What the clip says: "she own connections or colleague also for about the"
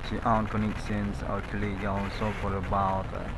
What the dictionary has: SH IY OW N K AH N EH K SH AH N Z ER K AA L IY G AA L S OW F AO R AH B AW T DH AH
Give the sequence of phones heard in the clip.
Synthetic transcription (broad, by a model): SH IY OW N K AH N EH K S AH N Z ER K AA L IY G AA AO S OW F AO R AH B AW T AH